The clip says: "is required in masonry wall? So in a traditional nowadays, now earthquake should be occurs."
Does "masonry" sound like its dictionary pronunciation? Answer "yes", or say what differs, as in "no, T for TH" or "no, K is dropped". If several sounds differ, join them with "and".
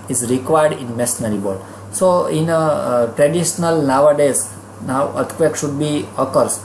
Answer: no, N is dropped